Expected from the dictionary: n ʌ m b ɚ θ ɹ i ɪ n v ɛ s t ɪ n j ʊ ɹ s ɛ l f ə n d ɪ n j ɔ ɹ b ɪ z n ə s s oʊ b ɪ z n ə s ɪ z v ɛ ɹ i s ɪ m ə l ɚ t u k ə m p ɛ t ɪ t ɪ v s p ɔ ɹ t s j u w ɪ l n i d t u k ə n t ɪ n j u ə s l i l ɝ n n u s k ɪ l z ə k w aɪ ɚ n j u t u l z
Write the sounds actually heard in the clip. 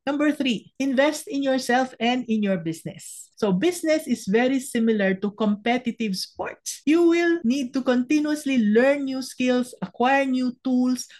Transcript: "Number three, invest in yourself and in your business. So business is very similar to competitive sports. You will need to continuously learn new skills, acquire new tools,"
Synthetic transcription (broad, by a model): n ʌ m b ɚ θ ɹ i ɪ n v ɛ s t ɪ n j ʊ ɹ s ɛ l f ə n d ɪ n j ɔ ɹ b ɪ s n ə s s oʊ b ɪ s n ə s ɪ s v ɛ ɹ i s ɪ m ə l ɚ t u k ə m p ɛ t ɪ t ɪ v s p ɔ ɹ t s j u w ɪ l n i d t u k ə n t ɪ n j u ə s l i l ɝ n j u s k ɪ l s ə k w aɪ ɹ n j u t u l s